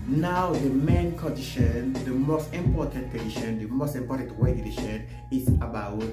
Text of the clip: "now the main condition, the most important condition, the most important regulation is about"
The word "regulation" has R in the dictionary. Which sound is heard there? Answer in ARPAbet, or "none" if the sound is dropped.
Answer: W